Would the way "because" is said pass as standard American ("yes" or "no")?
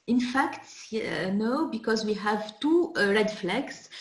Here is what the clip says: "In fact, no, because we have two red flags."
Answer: yes